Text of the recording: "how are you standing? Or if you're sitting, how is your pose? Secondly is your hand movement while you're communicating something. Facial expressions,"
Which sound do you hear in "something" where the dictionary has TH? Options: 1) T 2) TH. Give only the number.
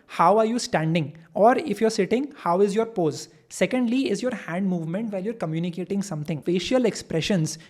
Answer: 1